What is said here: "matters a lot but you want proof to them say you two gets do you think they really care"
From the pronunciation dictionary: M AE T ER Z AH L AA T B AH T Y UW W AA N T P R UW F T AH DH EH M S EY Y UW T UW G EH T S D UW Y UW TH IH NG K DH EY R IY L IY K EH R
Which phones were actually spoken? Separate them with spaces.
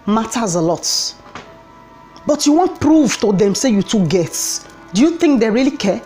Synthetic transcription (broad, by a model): M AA T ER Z AH L AA T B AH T Y UW W AA N T P R UW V T AH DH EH M S EY Y UW T UW G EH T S D UW Y UW TH IH NG K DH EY R IY L IY K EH